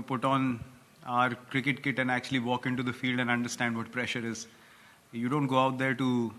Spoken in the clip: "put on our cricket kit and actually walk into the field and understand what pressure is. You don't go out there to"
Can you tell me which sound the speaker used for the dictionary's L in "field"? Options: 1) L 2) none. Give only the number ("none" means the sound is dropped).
1